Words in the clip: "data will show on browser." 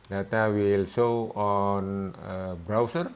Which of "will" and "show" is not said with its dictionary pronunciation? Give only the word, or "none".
show